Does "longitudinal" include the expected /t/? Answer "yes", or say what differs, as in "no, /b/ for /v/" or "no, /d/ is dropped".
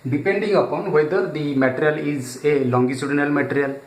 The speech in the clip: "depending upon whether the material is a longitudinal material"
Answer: no, /s/ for /t/